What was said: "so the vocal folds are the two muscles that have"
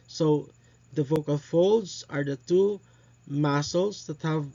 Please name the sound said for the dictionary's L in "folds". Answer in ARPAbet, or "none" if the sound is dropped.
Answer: L